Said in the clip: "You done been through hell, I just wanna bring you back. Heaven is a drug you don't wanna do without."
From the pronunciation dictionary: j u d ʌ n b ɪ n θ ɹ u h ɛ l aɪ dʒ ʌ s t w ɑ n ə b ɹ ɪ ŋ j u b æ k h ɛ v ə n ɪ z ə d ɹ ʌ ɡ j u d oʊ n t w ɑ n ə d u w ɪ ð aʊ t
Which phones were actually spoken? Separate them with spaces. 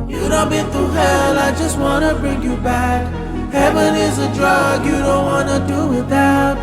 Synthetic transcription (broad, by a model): j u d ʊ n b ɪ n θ u h ɛ l aɪ dʒ ʌ s t w ɑ n ə b ɹ ɪ ŋ j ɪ b æ k h ɛ v ə n ɪ z ə d ɹ ʌ ɡ j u d oʊ n t w ɑ n ə d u w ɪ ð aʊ t